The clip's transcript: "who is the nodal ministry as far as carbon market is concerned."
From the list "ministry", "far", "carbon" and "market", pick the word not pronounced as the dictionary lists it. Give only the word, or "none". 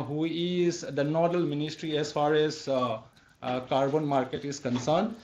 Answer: none